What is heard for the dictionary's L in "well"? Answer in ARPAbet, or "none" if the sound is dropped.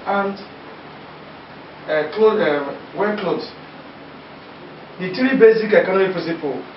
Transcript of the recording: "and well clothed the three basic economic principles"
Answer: W